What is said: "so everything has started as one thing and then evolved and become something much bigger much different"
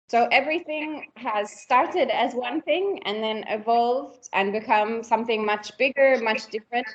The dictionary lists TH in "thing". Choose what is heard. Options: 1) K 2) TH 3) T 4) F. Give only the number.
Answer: 2